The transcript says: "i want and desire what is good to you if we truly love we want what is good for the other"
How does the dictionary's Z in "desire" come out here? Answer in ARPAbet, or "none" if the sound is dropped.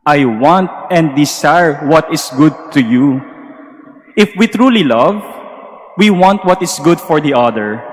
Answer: S